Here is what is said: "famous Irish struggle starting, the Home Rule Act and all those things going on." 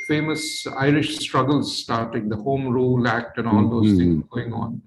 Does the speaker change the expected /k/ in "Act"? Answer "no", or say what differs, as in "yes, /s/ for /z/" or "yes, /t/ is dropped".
no